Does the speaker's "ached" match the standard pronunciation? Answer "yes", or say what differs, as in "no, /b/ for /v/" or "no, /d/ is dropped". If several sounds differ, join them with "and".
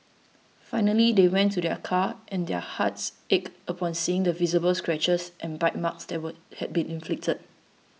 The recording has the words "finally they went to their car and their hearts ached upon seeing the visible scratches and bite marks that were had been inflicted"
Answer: no, /t/ is dropped